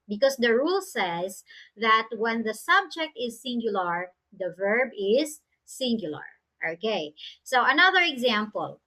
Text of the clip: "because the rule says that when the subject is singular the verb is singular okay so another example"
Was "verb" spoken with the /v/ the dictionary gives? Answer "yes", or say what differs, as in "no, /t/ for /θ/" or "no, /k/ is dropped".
yes